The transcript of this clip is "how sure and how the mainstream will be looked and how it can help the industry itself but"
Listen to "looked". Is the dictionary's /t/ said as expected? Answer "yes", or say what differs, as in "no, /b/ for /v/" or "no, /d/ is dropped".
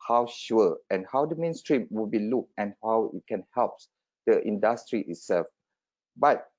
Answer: no, /t/ is dropped